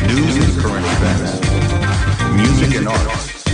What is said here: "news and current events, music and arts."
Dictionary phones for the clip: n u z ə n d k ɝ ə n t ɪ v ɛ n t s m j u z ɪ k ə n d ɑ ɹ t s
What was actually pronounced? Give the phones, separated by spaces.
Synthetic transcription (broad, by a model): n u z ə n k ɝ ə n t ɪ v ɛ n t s m j u z ɪ k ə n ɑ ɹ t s